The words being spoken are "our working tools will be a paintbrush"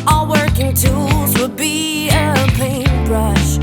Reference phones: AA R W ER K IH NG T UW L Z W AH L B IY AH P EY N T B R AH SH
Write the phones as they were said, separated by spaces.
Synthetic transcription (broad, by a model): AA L W ER K IH NG T UW L Z W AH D B IY AH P EY N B R AH SH